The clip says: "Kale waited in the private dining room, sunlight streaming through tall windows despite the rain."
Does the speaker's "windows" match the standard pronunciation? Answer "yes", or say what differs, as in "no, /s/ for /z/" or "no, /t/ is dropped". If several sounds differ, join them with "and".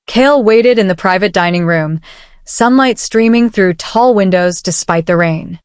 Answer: yes